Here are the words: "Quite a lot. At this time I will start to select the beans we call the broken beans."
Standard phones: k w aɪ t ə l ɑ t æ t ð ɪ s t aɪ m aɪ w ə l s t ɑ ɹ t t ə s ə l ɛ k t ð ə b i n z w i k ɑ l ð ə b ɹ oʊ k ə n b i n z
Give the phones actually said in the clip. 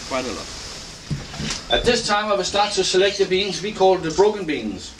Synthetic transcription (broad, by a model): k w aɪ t ə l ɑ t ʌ t ð ɪ s t aɪ m aɪ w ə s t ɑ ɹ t s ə s ə l ɛ k t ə b i n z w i k ɑ l ð ə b ɹ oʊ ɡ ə n b i n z